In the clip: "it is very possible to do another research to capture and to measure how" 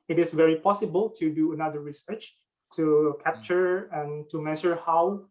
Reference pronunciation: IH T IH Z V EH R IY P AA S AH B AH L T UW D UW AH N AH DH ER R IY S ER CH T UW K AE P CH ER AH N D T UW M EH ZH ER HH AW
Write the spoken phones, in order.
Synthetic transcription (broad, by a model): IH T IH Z V EH R IY P AA S AH B AH L T UW D UW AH N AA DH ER R IY S ER CH T UW K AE P CH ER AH N T UW M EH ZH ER HH AW